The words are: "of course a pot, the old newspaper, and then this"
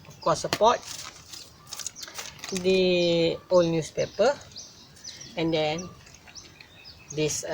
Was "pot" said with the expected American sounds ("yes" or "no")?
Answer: yes